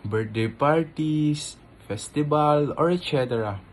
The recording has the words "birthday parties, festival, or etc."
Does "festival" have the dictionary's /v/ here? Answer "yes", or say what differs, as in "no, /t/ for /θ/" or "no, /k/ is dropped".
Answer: no, /b/ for /v/